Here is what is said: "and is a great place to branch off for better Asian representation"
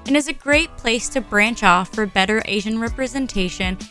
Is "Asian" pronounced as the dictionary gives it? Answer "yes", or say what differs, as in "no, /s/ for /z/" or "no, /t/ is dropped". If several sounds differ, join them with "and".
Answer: yes